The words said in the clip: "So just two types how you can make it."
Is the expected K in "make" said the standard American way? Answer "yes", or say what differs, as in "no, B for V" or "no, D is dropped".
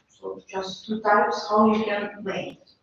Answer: no, K is dropped